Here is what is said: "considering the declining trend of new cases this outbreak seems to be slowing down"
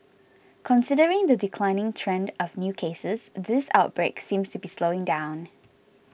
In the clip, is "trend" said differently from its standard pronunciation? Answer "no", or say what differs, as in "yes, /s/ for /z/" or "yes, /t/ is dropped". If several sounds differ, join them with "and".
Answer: no